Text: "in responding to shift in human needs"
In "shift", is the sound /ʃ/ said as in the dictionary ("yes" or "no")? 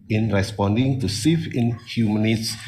no